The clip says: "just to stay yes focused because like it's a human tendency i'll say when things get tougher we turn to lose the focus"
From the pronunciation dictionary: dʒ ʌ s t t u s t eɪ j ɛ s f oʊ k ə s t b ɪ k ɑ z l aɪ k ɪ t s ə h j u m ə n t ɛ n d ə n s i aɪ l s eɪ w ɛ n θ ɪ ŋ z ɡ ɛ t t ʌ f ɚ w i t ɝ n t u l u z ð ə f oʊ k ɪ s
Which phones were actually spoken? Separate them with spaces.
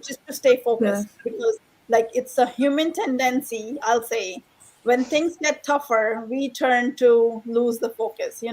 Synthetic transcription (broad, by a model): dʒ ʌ s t t u s t eɪ f oʊ k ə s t b ɪ k ɑ z l aɪ k ɪ t s ə h j u m ə n t ɛ n d ə n s i aɪ l s eɪ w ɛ n t ɪ ŋ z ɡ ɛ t t ʌ f ɚ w i t ɝ n t u l u z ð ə f oʊ k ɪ s